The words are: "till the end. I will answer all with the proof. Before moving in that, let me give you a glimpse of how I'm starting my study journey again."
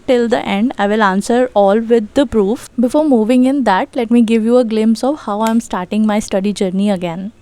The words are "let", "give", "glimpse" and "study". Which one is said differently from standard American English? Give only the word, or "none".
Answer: glimpse